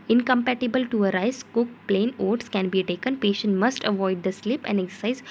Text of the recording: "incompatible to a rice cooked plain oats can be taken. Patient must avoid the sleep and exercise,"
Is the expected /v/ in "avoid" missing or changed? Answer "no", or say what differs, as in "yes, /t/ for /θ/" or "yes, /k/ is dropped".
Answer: no